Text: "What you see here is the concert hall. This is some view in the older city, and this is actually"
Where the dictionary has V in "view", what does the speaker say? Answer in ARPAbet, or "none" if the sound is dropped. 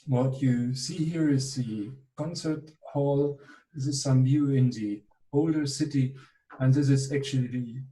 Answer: B